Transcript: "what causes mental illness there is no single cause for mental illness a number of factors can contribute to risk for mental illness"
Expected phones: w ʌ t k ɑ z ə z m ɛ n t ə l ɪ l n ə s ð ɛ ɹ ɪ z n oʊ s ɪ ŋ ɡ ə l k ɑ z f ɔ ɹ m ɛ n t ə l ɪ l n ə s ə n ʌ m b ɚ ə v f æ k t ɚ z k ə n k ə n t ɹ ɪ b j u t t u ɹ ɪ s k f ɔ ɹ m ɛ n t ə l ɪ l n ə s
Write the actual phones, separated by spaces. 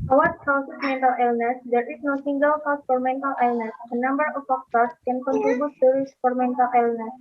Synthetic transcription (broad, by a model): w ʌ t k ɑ s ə s m ɛ n t ə l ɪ l n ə s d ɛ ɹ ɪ s n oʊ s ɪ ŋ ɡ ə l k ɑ s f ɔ ɹ m ɛ n t ə l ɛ l n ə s ə n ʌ m b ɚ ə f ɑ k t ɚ s k ə n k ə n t u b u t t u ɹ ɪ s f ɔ ɹ m ɛ n t ə l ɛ l n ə s